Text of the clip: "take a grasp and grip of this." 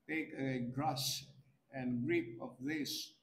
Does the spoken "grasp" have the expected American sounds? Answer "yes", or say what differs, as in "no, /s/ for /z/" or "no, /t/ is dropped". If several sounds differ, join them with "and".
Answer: no, /p/ is dropped